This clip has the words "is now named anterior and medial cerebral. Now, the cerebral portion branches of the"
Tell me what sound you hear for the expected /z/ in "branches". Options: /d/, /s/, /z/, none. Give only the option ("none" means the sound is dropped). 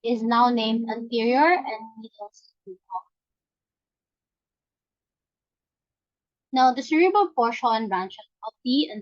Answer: none